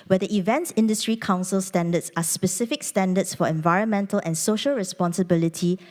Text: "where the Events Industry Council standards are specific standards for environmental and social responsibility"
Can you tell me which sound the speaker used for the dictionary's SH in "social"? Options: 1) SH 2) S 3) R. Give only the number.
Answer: 1